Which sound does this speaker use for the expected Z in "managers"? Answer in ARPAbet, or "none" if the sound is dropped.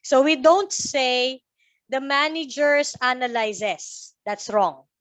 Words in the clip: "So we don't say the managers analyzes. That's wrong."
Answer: S